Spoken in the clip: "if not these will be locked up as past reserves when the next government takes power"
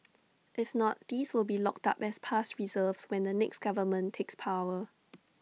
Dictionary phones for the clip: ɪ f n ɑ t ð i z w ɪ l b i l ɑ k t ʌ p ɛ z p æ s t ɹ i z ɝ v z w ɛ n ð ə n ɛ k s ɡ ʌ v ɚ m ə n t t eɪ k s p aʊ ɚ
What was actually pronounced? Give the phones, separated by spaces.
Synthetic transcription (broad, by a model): ɪ f n ɑ t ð i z w ɪ l b i l ɑ k t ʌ p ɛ s p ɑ s t ɹ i z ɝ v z w ɛ n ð ə n ɛ k s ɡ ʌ v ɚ m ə n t t eɪ k s p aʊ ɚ